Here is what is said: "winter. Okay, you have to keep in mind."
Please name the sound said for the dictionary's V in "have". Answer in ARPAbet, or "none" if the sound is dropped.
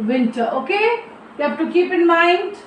F